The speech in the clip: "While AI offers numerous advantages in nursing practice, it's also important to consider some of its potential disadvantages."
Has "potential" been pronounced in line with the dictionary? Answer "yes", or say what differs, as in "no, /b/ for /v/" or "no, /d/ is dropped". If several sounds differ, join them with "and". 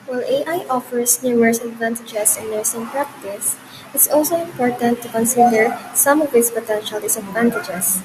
yes